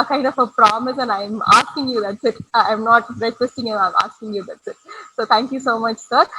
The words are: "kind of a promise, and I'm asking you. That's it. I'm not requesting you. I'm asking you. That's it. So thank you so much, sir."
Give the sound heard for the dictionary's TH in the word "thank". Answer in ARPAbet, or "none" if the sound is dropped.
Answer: T